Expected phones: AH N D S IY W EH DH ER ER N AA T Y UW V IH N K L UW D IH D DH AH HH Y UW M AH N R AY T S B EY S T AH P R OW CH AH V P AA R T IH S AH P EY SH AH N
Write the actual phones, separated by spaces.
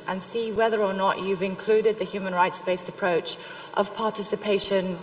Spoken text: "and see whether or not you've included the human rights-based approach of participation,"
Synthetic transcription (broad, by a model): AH N S IY W EH DH ER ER N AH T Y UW V IH N K L UW D IH D DH AH HH Y UW M AH N R AY T S B EY S T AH P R OW CH AH V P AA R T IH S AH P EY SH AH N